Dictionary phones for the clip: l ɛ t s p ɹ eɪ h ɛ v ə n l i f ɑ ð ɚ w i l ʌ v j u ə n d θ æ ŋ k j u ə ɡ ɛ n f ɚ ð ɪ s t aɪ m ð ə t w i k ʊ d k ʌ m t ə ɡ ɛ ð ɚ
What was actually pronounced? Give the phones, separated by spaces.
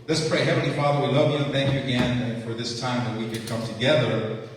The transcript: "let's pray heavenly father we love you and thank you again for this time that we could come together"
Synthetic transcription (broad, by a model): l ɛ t s p ɹ eɪ h ɛ v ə n l i f ɑ ð ɚ w i l ʌ v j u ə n θ æ ŋ k j u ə ɡ ɛ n f ɚ ð ɪ s t aɪ m ð ə t w i k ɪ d k ʌ m t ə ɡ ɛ ð ɚ